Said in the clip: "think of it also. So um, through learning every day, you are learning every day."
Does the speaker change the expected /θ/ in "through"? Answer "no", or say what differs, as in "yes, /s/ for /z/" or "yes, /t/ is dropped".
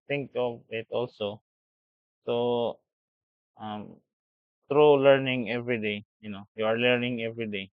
yes, /t/ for /θ/